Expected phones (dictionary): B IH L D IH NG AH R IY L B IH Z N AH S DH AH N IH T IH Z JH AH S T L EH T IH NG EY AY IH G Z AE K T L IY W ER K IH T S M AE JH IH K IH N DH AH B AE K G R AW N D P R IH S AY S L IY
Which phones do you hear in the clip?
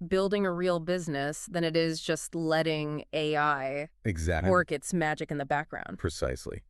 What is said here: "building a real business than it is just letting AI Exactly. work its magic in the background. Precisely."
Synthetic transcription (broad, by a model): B IH L D IH NG AH R IY L B IH Z N AH S DH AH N IH T IH Z JH AH S T L EH T IH NG EY AY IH G Z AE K W ER K IH T S M AE JH IH K IH N DH AH B AE K G R AW N D P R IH S AY S L IY